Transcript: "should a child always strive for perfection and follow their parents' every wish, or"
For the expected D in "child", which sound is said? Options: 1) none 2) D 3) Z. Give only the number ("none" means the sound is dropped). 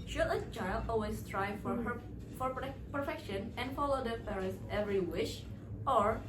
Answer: 1